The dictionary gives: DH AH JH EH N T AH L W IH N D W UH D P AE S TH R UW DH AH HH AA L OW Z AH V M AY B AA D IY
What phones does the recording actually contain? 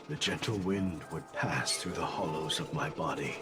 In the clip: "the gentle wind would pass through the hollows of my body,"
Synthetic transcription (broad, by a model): DH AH JH EH N T L W IH N D W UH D P AE S TH R UW DH AH HH AA L OW Z AH V M AY B AA D IY